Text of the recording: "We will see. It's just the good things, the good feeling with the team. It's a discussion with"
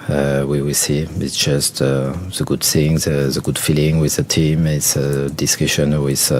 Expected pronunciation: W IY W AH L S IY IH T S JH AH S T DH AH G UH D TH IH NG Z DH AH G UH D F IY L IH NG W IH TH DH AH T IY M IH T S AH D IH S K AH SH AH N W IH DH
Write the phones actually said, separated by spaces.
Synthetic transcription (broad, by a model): W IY W AH L S IY IH T S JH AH S T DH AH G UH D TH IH NG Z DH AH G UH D F IY L IH NG W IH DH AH T IY M IH T S AH D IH S K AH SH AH N W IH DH